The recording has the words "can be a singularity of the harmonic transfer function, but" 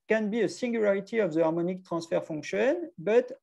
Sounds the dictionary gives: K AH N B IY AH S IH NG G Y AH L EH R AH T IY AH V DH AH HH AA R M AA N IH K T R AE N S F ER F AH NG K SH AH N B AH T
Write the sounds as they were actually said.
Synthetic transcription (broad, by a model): K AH N B IY AH S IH NG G Y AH L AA R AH T IY AH V DH AH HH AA R M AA N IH K T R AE S F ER F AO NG K SH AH N B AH T